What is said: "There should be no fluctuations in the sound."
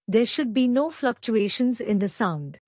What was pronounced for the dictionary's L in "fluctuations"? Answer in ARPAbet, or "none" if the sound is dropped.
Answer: L